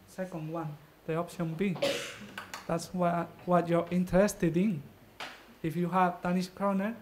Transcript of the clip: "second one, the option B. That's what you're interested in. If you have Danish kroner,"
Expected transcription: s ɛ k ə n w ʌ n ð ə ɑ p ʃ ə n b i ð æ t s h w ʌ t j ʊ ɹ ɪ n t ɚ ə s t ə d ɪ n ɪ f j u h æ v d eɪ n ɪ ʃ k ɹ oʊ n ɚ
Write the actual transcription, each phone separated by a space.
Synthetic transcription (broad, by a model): s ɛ k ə n w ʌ n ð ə ɑ p ʃ ə n b i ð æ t s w w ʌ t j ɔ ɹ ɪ n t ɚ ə s t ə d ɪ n ɪ f j u h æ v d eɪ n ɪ s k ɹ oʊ n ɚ